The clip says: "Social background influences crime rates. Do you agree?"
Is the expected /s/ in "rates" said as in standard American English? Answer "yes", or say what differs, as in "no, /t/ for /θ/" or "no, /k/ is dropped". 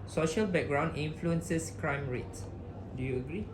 no, /s/ is dropped